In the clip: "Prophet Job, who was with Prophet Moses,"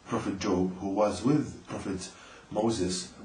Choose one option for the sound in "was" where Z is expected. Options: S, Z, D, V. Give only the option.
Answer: Z